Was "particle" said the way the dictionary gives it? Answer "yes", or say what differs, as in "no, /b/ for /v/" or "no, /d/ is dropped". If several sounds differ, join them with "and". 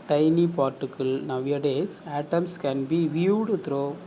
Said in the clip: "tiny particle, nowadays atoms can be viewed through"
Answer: yes